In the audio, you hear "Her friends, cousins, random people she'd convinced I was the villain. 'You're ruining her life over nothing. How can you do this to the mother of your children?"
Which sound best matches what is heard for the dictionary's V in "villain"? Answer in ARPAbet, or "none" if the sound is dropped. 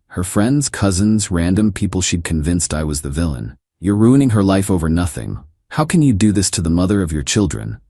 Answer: V